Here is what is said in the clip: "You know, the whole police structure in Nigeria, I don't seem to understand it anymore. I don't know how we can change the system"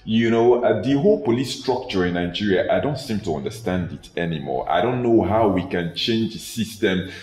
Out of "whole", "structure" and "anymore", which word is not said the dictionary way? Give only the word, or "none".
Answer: none